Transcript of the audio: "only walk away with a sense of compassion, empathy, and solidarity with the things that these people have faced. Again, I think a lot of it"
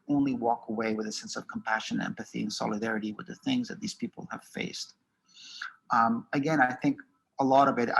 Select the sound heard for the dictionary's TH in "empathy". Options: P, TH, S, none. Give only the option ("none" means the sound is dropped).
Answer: TH